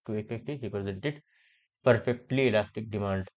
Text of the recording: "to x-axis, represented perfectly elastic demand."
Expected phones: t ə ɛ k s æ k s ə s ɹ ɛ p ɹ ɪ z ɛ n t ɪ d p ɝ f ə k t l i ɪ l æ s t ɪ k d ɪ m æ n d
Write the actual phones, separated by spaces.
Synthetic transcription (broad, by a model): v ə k ɛ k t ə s ɹ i p ɹ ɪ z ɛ n t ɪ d p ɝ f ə k t l i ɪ l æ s t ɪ k d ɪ m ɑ n d